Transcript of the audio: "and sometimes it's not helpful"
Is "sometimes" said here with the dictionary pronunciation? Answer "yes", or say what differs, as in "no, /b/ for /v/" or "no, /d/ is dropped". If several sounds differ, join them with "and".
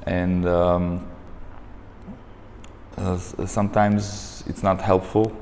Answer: yes